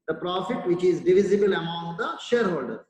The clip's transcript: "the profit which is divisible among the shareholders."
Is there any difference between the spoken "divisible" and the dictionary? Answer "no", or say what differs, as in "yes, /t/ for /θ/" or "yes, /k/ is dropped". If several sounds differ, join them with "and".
no